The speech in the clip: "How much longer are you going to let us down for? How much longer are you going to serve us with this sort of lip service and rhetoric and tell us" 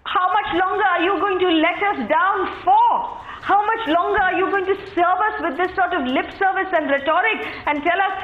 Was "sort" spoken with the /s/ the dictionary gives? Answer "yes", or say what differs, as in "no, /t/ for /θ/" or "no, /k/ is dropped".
yes